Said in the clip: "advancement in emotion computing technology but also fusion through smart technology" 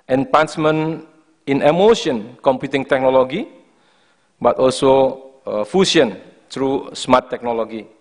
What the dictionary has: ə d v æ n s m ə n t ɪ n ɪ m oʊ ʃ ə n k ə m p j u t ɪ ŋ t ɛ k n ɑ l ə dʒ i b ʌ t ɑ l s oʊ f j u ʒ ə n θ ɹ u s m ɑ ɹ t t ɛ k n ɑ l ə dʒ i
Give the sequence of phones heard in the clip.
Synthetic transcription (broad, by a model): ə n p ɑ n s m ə n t ɪ n ɪ m oʊ ʃ ə n k ə m p j u t ɪ ŋ t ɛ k n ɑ l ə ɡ i b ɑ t ɑ l s oʊ f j u s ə n t ɹ u s m ɑ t t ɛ k n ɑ l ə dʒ i